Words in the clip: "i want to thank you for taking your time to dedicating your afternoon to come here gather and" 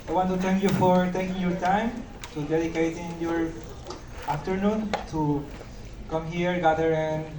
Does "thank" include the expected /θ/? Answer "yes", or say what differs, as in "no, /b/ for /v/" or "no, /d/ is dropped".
no, /t/ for /θ/